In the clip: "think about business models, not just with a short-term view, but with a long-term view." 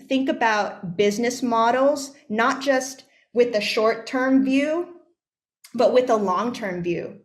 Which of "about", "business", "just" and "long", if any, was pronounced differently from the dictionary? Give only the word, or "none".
none